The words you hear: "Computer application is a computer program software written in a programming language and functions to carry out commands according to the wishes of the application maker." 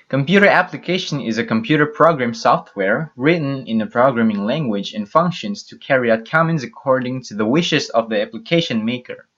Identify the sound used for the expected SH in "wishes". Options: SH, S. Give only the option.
SH